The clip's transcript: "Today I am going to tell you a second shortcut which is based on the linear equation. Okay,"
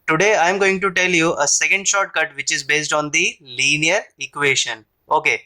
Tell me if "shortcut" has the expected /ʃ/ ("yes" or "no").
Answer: yes